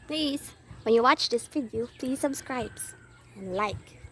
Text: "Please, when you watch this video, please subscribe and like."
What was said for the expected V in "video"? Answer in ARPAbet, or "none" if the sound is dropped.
F